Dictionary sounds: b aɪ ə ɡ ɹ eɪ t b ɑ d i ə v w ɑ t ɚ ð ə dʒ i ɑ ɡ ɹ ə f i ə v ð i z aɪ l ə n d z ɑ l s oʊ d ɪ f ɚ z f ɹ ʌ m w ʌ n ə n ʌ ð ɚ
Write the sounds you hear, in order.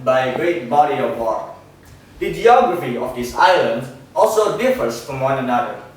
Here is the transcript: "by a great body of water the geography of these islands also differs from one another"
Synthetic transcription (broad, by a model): b aɪ ə ɡ ɹ eɪ t b ɑ d i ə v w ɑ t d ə dʒ i ɑ ɡ ɹ ə f i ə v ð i s aɪ l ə n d ɑ l s oʊ d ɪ f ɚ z f ɹ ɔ m w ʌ n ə n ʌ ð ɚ